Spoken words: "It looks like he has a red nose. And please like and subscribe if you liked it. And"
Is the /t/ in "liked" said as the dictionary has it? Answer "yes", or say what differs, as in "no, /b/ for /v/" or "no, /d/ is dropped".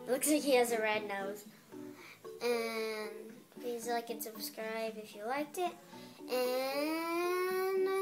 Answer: yes